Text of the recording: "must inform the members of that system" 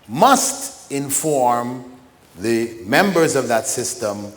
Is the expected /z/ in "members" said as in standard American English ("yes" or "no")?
yes